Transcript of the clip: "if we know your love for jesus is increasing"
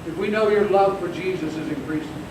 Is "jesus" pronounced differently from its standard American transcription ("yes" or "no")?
no